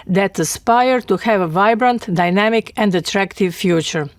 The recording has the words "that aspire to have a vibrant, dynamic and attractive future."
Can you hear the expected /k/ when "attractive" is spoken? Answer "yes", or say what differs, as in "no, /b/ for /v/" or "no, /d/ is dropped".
yes